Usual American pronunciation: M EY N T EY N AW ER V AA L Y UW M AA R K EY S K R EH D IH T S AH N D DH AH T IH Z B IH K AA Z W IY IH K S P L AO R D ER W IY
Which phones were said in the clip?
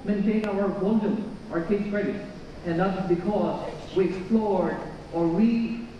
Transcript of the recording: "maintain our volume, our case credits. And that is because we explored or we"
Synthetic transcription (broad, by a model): M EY N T EY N AW ER W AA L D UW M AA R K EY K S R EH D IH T AH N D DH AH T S B IH K AA Z W IY IH K S P L AO R D ER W IY